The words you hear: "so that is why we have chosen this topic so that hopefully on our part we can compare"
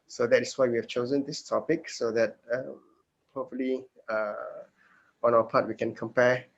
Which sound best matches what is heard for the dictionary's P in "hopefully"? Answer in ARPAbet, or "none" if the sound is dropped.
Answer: none